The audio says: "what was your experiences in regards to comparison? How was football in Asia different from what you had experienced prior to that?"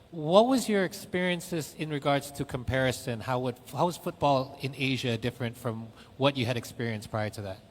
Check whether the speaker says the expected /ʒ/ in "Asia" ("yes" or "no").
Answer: yes